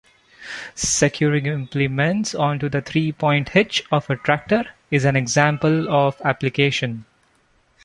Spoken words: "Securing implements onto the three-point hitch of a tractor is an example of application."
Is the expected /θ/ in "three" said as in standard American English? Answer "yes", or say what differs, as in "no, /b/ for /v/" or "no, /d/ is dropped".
no, /t/ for /θ/